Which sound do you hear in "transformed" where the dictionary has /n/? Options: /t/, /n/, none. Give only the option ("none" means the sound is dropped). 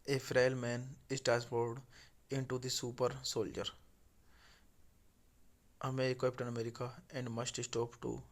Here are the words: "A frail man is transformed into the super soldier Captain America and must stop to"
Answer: none